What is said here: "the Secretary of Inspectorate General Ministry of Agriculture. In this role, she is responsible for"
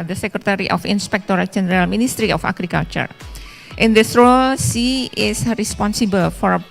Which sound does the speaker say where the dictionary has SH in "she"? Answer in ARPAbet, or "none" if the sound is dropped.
S